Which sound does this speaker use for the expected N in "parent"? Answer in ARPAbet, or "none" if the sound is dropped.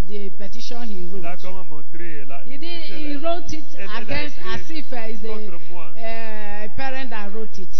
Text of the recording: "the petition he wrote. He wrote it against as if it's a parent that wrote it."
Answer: N